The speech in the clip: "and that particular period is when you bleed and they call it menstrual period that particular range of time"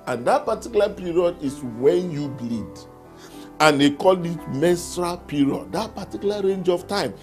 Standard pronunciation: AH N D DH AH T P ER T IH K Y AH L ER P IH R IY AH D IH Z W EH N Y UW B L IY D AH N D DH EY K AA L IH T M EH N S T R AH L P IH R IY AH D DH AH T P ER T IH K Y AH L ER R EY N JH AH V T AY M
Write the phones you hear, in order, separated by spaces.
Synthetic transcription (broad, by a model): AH N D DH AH T P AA T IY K Y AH L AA P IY R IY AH D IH S W EH N Y UW B L IY D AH N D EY K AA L IH T M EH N S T R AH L P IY R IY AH D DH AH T P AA T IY K Y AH L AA R EY N JH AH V T AY M